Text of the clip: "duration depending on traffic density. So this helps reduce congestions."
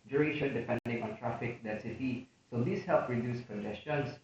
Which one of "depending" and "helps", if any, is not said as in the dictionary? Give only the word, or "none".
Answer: helps